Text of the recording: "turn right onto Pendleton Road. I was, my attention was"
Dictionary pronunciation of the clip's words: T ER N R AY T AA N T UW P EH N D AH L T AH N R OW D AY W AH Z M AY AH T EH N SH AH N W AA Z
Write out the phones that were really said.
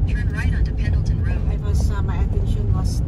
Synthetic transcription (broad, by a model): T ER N R AY T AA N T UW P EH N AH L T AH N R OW AY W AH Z M AY AH T EH N SH AH N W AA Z